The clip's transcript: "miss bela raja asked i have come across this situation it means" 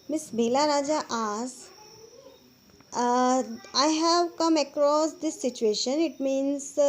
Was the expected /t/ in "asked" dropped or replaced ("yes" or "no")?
yes